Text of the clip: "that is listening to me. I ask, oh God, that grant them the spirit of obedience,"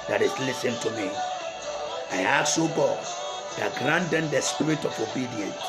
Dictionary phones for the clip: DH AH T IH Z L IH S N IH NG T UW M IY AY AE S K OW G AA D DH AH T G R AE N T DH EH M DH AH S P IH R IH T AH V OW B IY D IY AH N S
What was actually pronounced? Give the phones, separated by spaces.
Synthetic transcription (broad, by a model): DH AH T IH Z L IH S IH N T UW M IY AY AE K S OW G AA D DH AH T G R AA N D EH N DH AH S P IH R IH T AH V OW B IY D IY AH N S